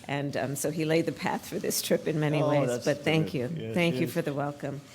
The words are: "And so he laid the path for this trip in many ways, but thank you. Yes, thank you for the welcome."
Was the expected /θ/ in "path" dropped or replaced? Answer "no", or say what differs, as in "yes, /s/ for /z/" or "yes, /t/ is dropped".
no